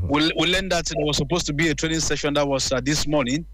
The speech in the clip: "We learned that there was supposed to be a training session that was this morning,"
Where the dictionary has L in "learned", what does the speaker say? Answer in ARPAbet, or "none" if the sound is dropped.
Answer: W